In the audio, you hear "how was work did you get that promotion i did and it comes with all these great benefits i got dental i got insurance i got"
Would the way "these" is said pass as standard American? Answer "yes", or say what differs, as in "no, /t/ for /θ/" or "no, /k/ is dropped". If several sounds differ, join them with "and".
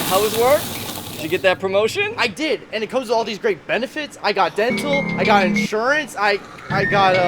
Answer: yes